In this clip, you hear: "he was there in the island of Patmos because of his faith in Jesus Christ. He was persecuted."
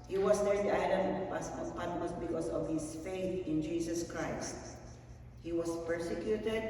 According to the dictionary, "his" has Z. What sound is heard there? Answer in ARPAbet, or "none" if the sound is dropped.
S